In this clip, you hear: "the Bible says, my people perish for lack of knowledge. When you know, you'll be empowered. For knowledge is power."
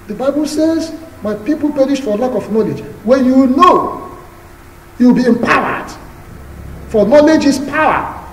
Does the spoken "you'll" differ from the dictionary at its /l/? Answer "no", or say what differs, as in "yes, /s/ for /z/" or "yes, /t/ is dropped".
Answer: yes, /w/ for /l/